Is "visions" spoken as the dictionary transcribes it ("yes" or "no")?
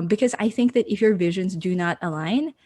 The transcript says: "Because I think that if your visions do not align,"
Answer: yes